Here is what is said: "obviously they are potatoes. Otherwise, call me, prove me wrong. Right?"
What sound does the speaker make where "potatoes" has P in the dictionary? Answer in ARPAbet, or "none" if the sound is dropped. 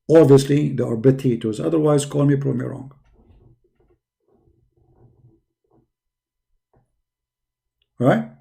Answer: B